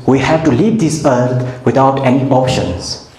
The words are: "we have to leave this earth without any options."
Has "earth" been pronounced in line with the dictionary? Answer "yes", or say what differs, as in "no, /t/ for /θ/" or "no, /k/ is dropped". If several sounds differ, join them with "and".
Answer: no, /t/ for /θ/